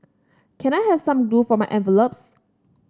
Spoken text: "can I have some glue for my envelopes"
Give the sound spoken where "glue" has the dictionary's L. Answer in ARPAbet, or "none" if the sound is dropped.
none